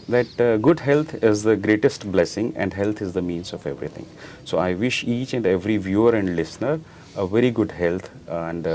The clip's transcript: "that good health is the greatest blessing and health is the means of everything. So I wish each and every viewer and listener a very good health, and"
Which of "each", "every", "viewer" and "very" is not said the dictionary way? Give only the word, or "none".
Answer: none